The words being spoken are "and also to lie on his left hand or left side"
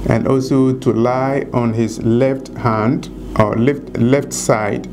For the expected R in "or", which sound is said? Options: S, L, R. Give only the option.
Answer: L